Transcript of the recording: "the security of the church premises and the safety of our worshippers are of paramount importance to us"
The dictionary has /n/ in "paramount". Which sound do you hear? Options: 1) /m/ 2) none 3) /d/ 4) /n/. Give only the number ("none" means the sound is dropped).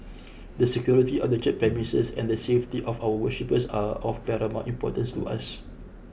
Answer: 2